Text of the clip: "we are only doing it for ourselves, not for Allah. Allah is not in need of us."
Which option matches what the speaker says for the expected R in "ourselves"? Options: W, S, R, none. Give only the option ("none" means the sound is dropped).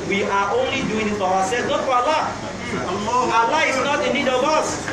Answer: W